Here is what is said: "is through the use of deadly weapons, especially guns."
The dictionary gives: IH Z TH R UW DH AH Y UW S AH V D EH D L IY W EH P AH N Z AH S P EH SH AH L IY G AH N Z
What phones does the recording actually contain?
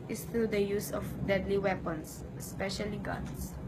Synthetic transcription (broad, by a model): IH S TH R UW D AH Y UW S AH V D EH D L IY W EH P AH N S AH S P EH SH AH L IY G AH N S